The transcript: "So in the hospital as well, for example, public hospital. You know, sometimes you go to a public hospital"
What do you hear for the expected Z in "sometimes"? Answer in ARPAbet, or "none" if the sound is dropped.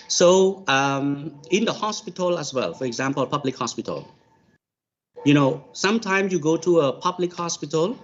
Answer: S